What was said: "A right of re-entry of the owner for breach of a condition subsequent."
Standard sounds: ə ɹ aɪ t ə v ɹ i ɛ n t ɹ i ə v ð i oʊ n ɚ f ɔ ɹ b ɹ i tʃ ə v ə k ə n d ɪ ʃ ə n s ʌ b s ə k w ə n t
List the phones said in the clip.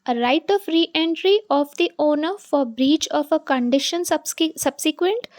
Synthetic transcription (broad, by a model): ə ɹ aɪ t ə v ɹ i ɛ n t ɹ i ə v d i oʊ n ɚ f ɔ ɹ b ɹ i tʃ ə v ə k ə n d ɪ ʃ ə n s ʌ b s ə k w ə n t